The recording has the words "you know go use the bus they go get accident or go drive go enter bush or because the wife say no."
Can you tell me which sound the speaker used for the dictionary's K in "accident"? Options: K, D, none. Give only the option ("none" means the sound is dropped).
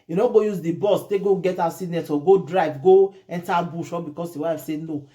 none